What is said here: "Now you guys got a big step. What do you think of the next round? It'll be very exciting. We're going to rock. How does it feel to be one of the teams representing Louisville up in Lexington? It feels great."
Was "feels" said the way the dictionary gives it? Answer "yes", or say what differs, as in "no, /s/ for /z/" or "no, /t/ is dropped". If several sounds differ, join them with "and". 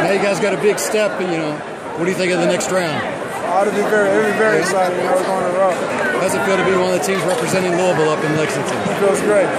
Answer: no, /l/ is dropped